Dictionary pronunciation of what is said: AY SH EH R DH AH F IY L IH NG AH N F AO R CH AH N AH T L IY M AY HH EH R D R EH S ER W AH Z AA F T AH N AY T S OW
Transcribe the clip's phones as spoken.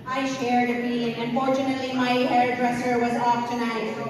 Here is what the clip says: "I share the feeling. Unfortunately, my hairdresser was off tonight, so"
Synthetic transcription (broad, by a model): AY SH EH R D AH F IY IH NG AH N F AO R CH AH N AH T L IY M AY HH EH R D R EH S ER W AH Z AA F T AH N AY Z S